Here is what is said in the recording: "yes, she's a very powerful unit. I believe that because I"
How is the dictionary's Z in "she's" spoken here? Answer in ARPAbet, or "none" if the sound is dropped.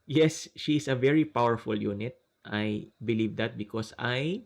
S